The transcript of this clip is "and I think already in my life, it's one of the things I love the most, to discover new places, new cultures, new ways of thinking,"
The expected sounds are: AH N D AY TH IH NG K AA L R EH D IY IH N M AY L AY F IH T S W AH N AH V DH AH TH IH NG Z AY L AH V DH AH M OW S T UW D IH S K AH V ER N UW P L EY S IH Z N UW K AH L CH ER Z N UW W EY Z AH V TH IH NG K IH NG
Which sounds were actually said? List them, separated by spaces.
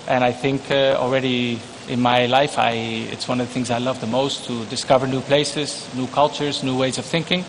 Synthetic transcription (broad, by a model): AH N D AY TH IH NG K AA L R EH D IY IH N M AY L AY F IH T S W AH N AH V DH AH TH IH NG Z AY L AH V DH AH M OW S T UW D IH S K AH V ER N UW P L EY S IH Z N UW K AH L CH ER Z N UW W EY Z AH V TH IH NG K IH NG